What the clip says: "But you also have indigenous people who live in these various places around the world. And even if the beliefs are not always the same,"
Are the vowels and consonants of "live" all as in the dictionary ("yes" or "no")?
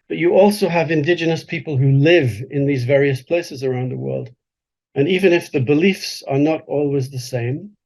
yes